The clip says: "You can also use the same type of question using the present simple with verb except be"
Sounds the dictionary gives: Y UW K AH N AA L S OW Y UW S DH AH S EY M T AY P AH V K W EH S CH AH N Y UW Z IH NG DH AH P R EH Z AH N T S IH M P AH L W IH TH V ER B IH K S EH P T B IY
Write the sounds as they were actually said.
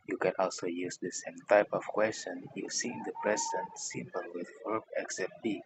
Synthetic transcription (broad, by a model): Y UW K AH N AA L S OW Y UW S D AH S EY M T AY P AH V K W EH S CH AH N Y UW S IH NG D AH P R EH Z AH N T S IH M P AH L W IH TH F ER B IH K S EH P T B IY